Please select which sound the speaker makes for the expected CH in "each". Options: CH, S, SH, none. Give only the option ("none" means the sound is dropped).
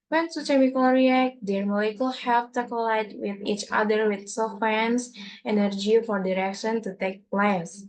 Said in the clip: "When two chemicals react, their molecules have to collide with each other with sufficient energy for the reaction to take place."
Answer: CH